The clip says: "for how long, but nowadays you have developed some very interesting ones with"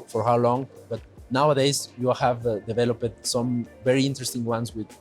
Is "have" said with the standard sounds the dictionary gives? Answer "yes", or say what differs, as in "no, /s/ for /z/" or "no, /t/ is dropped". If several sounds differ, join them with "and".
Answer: yes